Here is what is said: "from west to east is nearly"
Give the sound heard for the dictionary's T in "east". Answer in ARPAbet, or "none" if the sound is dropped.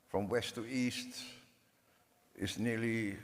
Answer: T